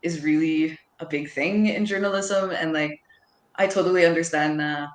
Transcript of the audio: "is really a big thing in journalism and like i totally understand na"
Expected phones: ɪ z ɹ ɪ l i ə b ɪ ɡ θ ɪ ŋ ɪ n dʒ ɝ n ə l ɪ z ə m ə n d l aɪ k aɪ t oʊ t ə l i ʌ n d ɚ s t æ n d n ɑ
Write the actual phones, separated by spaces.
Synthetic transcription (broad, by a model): ɪ z ɹ ɪ l i ə b ɪ ɡ θ ɪ ŋ ɪ n dʒ ɝ n ə l ɪ z ə m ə n l aɪ k aɪ t oʊ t l i ʌ n d ɚ s t æ n d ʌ